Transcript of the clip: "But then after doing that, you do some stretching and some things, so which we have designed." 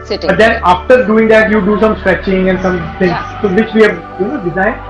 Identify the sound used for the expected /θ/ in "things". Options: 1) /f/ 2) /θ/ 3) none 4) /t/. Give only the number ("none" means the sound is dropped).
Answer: 4